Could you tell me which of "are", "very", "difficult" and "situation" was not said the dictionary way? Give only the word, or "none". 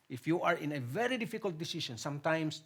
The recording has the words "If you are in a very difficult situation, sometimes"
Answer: situation